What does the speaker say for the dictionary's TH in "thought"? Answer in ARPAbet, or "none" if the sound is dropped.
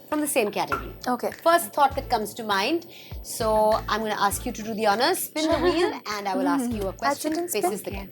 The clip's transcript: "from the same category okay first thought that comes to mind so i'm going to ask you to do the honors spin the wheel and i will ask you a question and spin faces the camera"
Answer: T